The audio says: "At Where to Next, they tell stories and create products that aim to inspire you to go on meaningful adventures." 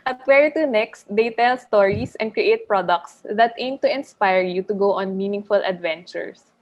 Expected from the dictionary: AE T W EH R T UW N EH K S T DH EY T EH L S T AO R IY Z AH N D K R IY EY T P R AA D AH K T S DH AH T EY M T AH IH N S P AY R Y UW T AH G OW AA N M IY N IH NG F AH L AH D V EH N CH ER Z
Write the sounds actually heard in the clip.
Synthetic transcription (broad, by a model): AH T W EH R T UW N EH K S T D EY T EH L S T AO R IY S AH N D K R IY EY T P R AA D AH K T S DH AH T EY M T AH IH N S P AY R Y UW T AH G OW AA N M IY N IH NG F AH L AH D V EH N CH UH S